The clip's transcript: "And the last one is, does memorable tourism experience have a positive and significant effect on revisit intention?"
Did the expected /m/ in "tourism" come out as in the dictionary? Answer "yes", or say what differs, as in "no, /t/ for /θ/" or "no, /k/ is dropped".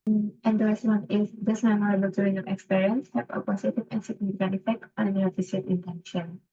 no, /m/ is dropped